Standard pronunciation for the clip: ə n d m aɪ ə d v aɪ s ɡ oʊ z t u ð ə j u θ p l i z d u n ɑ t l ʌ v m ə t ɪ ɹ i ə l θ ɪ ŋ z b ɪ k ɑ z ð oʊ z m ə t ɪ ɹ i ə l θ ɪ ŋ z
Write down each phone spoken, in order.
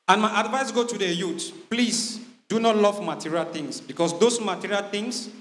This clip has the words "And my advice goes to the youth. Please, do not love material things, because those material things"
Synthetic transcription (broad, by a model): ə n m aɪ ə d v aɪ s ɡ oʊ t u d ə j u t p l i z d u n ɑ t l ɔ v m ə t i ɹ i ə l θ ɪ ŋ s b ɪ k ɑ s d oʊ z m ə t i ɹ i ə l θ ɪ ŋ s